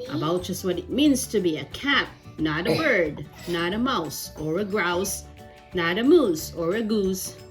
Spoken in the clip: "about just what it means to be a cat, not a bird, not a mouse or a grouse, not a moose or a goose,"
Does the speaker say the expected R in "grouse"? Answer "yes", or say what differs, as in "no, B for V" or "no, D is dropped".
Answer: yes